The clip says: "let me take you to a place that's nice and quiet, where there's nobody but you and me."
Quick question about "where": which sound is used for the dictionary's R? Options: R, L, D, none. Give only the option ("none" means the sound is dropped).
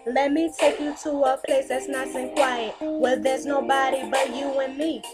L